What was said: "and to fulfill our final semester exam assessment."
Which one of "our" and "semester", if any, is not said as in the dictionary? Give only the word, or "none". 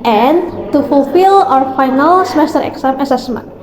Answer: none